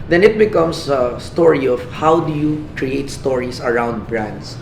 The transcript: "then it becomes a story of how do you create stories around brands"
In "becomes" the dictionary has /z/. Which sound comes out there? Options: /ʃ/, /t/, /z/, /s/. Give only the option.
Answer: /s/